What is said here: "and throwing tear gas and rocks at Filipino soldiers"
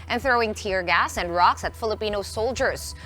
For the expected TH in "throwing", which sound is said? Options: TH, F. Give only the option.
TH